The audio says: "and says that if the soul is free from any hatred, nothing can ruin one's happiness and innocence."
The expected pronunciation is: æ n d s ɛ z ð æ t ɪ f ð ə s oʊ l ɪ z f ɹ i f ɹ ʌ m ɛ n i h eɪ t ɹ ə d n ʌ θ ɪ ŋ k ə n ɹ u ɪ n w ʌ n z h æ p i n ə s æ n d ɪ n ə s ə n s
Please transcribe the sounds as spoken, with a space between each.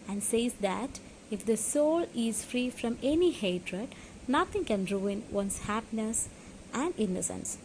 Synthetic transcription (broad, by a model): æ n d s ɛ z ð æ t ɪ f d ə s oʊ l ɪ z f ɹ i f ɹ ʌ m ɛ n i h eɪ t ɹ ə d n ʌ t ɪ ŋ k ə n ɹ u ɪ n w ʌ n s h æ p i n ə s æ n d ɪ n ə s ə n s